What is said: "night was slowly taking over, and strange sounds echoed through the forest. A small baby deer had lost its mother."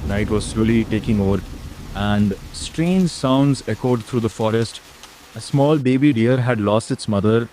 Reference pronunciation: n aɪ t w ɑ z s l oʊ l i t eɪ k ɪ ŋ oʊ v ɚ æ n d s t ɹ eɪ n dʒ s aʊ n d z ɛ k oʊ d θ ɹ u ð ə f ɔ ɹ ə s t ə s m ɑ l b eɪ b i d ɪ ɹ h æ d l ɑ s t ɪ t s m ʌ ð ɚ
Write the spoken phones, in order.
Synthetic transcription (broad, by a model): n aɪ t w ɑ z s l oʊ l i t eɪ k ɪ ŋ oʊ v ɚ æ n d s t ɹ eɪ n dʒ s aʊ n d z ɛ k oʊ d t ɹ u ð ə f ɔ ɹ ə s t ə s m ɑ l b eɪ b i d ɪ ɹ h æ d l ɑ s t ɪ t s m ʌ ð ɚ